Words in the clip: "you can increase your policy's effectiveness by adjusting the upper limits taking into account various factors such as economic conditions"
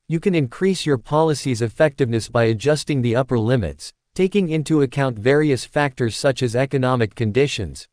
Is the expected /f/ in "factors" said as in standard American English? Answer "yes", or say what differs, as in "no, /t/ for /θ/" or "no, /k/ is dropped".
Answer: yes